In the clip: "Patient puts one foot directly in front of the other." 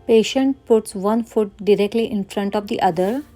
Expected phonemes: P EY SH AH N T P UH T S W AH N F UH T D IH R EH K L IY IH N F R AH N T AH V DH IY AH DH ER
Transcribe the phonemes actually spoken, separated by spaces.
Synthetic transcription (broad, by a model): P EY SH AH N T P UH T S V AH N F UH T D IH R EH K L IY IH N F R AH N T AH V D IY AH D ER